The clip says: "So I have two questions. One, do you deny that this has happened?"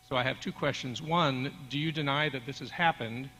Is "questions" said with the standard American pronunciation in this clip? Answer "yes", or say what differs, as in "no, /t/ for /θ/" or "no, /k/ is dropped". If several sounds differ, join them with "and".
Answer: yes